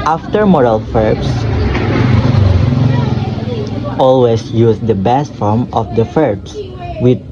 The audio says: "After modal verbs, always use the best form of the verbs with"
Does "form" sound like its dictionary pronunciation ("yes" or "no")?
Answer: yes